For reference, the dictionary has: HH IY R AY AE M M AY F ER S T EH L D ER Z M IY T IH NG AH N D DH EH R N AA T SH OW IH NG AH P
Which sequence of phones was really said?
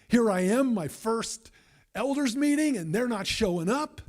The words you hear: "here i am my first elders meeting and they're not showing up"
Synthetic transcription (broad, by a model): HH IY R AY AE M M AY F ER S T EH L D ER Z M IY T IH NG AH N DH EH R N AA T SH OW IH NG AH P